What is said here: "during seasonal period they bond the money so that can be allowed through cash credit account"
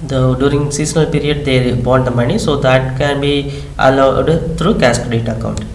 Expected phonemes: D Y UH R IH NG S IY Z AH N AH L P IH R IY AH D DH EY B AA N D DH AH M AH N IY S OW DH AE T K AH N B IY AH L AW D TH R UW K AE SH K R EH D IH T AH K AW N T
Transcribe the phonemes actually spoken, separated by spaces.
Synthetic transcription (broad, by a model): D Y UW R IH NG S IY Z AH N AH L P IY R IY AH D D EY B AA N D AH M AH N IY S OW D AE T K AH N B IY AH L AW D T R UW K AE S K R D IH T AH K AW N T